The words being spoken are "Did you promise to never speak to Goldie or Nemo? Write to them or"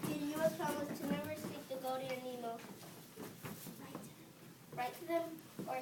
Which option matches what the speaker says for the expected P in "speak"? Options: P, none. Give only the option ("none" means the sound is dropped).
none